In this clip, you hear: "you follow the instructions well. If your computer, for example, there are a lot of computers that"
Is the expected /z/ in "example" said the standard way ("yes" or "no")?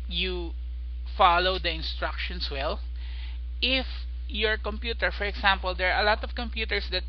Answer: no